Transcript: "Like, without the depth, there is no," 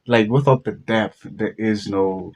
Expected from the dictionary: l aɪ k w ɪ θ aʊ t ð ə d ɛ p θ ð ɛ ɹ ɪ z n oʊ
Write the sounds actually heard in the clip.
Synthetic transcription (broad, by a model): l aɪ k w ɪ θ aʊ t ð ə d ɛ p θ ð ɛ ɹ ɪ z n oʊ